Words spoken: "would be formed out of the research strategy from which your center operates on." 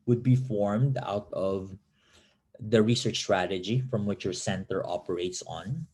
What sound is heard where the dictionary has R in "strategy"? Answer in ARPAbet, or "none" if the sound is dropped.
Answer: R